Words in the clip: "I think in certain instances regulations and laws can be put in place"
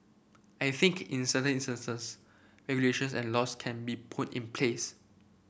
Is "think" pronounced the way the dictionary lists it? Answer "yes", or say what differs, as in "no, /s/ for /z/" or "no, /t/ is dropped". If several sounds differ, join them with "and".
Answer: yes